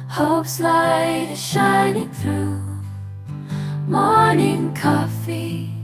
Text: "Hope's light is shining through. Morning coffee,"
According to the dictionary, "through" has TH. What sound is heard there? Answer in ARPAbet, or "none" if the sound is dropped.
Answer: TH